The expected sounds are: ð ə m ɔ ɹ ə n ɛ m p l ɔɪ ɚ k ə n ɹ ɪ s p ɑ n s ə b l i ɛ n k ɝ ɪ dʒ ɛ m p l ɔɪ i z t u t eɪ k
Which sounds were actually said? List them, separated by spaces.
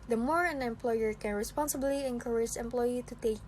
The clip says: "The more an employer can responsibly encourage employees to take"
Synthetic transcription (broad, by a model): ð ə m ɔ ɹ ə n ɛ m p l ɔɪ ɚ k ə n ɹ ɪ s p ɑ n s ə b l i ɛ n k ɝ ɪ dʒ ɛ m p l ɔɪ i t u t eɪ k